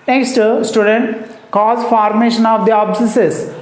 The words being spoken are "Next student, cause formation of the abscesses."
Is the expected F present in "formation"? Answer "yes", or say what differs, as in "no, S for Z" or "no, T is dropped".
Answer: yes